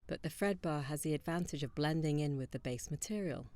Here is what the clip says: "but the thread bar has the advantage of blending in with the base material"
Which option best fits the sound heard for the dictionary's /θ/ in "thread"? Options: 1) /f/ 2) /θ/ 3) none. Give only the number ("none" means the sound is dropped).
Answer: 1